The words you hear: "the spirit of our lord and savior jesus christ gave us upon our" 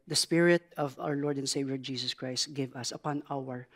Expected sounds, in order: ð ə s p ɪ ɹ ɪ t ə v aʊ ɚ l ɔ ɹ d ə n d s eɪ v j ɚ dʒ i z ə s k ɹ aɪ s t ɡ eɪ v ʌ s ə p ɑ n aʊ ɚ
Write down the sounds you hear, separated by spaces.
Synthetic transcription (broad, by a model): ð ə s p ɪ ɹ ɪ t ə v aʊ ɚ l ɔ ɹ d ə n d s eɪ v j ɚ dʒ i s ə s k ɹ aɪ s t ɡ eɪ v ʌ s ə p ɑ n aʊ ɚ